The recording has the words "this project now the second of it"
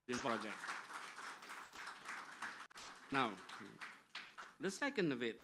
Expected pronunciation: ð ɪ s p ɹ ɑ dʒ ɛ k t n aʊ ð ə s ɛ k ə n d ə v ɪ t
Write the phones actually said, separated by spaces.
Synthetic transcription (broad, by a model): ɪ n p ɑ dʒ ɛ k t n aʊ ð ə s ɛ k ə n d ə v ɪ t